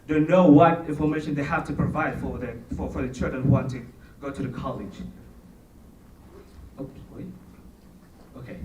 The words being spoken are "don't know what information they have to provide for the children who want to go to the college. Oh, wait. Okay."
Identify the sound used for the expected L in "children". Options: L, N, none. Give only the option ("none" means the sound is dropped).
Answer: L